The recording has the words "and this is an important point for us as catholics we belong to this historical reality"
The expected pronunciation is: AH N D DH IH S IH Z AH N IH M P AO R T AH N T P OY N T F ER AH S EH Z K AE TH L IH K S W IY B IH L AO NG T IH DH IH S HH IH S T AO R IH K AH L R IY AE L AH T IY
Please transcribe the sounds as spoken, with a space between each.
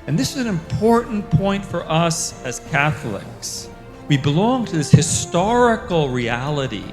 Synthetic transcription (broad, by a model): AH N DH IH S IH Z N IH M P AO R T N P OY N T F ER AH S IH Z K AE TH L IH K S W IY B IH L AO NG T IH DH IH S HH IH S T AO R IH K L R IY AE L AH T IY